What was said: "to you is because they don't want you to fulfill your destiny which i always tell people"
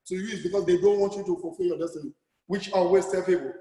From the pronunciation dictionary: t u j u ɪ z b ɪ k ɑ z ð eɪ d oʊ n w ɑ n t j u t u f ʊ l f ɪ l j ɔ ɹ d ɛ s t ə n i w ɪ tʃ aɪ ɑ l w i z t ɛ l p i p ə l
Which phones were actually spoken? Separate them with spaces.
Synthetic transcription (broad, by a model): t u j u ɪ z b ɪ k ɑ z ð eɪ d oʊ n w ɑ n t j u t u f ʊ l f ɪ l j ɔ d ɛ s t ə n i w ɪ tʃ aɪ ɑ w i s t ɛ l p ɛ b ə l